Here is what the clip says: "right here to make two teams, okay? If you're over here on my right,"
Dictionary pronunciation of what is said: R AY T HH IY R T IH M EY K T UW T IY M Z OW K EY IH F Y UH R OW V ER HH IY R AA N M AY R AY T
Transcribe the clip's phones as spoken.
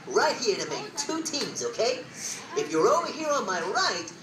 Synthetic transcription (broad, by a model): R AY T HH IY R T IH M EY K T UW T IY M Z OW K EY IH F Y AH R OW W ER HH IY R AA N M AY R AY T